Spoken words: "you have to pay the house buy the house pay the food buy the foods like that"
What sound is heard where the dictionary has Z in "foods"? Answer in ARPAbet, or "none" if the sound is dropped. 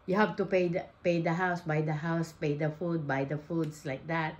S